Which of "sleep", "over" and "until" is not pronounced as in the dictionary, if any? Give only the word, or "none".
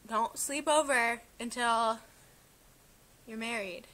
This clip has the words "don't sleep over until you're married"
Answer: none